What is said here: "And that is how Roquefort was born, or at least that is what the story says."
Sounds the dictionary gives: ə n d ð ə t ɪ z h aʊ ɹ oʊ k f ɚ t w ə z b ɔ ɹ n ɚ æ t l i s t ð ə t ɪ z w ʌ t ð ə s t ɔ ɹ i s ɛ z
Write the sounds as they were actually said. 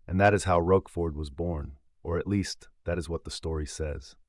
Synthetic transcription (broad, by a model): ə n ð ə t ɪ z h aʊ ɹ oʊ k f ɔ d w ə z b ɔ ɹ n ɚ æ t l i s t ð ə t ɪ z w ʌ t ð ə s t ɔ ɹ i s ɛ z